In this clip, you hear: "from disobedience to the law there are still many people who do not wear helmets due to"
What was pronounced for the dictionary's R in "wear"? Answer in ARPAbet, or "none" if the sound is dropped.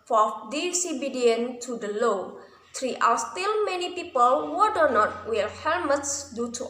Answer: L